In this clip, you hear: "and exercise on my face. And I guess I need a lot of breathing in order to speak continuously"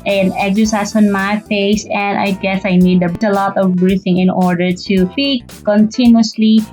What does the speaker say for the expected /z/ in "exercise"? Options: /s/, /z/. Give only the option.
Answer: /s/